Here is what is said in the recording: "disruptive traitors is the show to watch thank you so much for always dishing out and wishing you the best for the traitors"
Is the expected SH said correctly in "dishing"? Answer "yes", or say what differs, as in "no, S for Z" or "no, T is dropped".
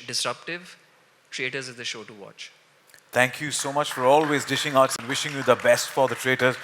yes